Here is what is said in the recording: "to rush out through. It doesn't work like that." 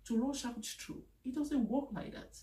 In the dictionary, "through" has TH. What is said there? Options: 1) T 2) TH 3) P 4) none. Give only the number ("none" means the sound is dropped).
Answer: 1